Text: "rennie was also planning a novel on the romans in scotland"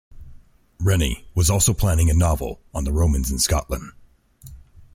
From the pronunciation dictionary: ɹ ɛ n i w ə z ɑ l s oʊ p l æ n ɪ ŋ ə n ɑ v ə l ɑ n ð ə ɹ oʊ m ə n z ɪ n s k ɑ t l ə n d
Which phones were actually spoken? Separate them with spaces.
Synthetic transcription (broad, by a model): ɹ ɛ n i w ə z ɑ l s oʊ p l æ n ɪ ŋ ə n ɑ v l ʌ n ð ə ɹ oʊ m ə n z ɪ n s k ɑ t l ə n d